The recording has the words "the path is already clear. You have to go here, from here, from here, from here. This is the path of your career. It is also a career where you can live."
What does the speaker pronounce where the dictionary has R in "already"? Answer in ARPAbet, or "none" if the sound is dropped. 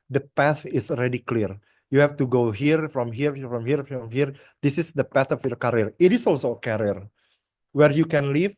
R